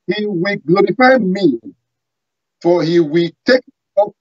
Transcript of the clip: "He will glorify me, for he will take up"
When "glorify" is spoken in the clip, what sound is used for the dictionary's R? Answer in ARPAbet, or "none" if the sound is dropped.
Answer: R